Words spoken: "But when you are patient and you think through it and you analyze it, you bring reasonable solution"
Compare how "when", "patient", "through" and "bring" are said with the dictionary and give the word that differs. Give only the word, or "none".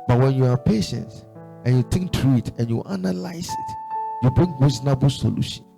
through